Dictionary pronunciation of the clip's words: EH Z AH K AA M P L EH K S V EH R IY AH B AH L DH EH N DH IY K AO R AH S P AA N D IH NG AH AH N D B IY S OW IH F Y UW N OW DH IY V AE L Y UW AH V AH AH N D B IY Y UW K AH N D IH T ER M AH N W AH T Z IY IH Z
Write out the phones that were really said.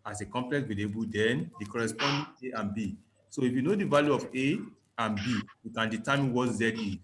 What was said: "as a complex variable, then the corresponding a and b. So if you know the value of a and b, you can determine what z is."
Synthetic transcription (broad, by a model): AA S AH K AA M P L EH K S W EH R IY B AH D EH N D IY K AO R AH S P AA N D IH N AH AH N B IY S OW IH F Y UW N OW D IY V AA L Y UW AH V AH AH N B IY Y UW K AH N D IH T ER M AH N W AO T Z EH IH